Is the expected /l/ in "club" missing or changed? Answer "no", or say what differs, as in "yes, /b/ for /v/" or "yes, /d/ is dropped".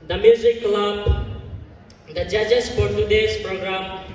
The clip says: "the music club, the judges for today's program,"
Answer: no